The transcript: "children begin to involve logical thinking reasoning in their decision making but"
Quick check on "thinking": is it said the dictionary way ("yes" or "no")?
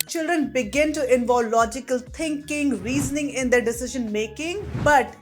no